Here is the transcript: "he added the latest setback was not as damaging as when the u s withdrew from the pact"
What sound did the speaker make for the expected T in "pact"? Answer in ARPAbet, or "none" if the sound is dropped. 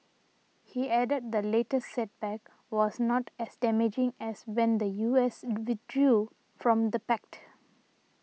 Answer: T